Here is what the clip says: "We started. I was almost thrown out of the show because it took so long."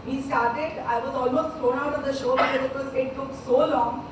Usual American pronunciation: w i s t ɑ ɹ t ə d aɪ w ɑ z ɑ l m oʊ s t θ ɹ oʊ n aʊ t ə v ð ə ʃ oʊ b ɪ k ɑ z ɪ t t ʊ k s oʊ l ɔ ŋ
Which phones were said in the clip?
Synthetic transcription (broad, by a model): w i s t ɑ ɹ t ə d aɪ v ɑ z ɑ l m oʊ s t f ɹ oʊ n aʊ t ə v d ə ʃ oʊ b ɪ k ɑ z ɪ t t ʊ k s oʊ l ɔ ŋ